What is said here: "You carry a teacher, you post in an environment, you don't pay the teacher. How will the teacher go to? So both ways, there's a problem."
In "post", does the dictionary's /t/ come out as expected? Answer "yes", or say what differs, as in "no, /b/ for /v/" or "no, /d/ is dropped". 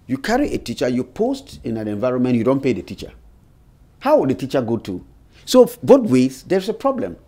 yes